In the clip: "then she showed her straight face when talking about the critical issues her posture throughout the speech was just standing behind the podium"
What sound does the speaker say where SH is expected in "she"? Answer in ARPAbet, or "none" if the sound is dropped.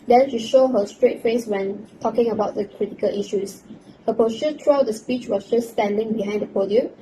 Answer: SH